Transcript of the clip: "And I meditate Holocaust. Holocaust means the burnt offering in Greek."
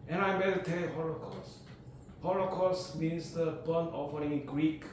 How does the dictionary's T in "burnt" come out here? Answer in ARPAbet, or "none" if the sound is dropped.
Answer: none